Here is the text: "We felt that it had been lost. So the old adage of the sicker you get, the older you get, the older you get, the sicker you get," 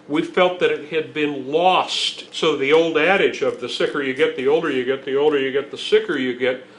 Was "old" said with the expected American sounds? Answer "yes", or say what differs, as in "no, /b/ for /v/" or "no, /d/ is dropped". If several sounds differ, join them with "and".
yes